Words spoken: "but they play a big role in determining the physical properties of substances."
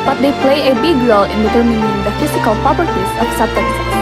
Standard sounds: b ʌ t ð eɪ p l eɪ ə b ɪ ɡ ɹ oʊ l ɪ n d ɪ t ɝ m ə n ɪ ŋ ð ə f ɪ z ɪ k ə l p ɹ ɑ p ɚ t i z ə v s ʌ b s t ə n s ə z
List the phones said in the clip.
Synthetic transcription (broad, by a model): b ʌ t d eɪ p l eɪ ə b ɪ ɡ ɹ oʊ l ɪ n d ɪ t ɝ m ə n ɪ ŋ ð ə f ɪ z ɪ k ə l p ɑ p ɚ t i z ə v s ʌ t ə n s